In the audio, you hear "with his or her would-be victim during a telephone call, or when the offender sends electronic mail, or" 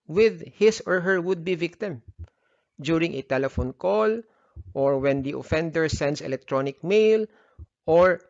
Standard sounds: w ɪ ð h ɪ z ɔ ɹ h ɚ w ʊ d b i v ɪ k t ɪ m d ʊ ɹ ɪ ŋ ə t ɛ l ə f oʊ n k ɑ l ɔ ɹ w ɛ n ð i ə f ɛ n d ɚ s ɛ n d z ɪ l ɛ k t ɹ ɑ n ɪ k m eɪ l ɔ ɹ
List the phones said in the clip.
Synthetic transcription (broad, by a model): w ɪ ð h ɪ s ɔ ɹ h ɚ w ʊ d b i v ɪ k t ɪ m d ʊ ɹ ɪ ŋ ə t ɛ l ə f oʊ n k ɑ l ɔ ɹ w ɛ n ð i ə f ɛ n d ɚ s ɛ n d s ɪ l ɛ k t ɹ ɑ n ɪ k m eɪ l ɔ ɹ